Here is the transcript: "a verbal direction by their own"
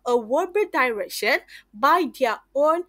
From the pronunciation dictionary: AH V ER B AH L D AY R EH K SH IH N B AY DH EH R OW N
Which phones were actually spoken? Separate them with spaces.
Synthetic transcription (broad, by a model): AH W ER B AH D AY R EH K SH IH N B AY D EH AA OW N